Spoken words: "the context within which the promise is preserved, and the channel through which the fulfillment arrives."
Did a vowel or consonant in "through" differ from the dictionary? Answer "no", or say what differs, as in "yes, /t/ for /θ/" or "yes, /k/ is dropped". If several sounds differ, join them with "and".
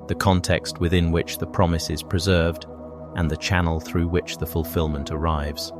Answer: no